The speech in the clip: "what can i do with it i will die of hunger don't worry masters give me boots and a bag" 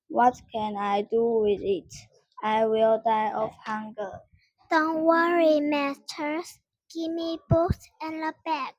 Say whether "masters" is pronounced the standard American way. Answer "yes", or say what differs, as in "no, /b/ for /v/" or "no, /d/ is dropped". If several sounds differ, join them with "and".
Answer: no, /s/ is dropped